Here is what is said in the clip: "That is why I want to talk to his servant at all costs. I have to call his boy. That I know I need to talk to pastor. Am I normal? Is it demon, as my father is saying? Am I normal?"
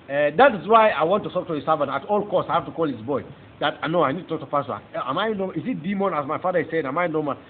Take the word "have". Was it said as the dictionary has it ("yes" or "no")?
no